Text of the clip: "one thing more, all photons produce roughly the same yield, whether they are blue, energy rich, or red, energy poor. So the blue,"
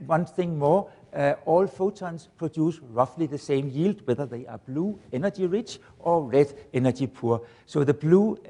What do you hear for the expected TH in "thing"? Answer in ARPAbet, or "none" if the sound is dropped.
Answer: TH